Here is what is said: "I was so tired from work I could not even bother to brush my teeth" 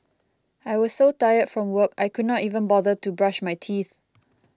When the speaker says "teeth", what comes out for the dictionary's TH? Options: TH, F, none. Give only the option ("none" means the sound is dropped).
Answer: TH